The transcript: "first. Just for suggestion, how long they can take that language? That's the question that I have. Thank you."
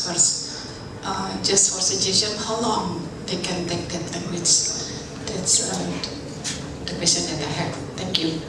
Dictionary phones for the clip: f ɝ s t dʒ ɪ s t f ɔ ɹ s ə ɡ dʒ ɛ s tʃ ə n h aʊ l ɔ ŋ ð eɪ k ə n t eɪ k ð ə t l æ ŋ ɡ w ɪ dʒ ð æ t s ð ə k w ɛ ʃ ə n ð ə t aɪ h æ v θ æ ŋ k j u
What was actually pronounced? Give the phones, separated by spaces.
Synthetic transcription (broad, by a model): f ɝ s t dʒ ɪ s t f ɔ ɹ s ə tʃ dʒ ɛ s ə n h aʊ l ɔ ŋ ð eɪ k ə n t eɪ k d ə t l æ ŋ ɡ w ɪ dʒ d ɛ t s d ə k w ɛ s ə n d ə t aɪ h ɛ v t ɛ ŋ k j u